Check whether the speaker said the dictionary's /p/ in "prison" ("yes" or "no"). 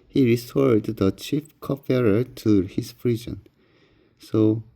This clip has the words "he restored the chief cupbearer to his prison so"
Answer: no